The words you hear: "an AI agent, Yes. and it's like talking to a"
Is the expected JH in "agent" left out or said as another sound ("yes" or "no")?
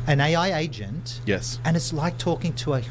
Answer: no